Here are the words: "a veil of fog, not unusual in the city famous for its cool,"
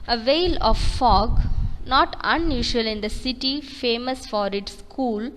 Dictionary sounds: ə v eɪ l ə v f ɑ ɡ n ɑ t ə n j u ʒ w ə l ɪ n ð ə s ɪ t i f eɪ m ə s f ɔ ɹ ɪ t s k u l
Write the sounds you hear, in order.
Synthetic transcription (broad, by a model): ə v eɪ l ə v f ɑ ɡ n ɑ t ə n j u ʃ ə l ɪ n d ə s ɪ t i f eɪ m ə s f ɔ ɹ ɪ t s k u l